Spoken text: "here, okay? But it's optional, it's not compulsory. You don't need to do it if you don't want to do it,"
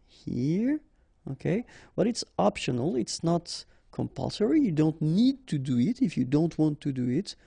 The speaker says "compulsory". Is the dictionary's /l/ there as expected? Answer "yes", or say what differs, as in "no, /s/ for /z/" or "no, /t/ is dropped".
yes